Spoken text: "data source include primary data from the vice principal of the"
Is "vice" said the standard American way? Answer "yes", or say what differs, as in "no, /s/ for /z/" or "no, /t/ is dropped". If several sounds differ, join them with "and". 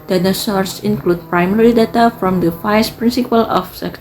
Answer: no, /f/ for /v/